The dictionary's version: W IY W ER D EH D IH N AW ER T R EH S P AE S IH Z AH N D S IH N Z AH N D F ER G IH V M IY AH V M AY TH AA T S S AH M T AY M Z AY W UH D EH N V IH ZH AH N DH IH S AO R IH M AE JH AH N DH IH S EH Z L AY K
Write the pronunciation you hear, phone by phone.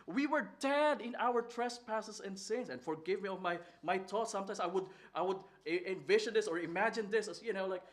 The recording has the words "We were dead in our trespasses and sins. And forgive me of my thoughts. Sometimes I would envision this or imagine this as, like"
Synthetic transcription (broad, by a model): W IY W ER D EH D IH N AW ER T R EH S P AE S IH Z AH N D S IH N S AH N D F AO G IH V M IY AH V M AY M AA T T S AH M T AY M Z AY W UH D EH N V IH SH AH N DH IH S AO R IH M AE JH AH N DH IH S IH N L AY K